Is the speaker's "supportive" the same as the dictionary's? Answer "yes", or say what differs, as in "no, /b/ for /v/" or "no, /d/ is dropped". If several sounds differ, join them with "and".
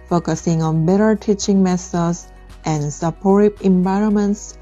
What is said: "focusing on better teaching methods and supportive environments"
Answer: no, /b/ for /v/